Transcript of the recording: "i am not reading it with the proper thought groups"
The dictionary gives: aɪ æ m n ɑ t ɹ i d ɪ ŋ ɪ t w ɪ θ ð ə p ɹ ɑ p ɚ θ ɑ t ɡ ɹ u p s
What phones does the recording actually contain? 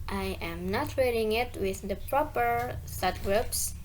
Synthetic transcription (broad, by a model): aɪ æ m n ɑ t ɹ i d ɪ ŋ ɪ t w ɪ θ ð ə p ɹ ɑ p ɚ t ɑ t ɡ ɹ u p s